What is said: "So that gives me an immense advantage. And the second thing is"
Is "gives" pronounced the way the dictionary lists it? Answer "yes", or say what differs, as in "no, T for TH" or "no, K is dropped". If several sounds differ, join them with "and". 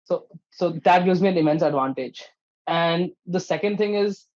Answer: no, V is dropped